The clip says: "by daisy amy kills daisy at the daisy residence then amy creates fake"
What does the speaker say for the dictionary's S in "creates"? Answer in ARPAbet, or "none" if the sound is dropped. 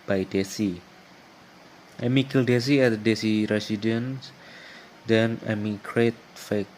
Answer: none